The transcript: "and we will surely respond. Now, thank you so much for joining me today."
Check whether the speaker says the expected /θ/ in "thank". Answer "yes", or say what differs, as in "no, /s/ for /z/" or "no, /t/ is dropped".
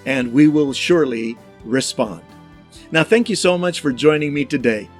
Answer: yes